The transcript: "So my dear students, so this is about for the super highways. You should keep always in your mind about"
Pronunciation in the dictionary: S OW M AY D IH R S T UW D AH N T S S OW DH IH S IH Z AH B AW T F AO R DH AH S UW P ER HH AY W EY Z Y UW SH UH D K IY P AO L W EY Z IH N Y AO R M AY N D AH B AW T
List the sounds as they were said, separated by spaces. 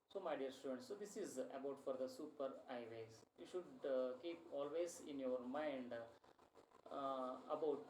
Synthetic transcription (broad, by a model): S OW M AY D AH R S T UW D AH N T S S OW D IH S IH Z AH B AW T F AO R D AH S UW P ER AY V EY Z Y UW SH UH D K IY P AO L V EY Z IH N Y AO R M AY N D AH B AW T